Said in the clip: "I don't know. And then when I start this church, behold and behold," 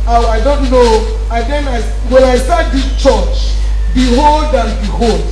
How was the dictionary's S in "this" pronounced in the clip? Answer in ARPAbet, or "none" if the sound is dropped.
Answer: none